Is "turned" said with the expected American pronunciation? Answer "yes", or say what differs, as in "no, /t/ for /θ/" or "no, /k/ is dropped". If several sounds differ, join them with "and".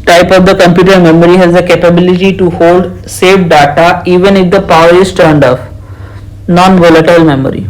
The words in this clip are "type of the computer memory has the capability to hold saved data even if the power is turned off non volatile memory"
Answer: yes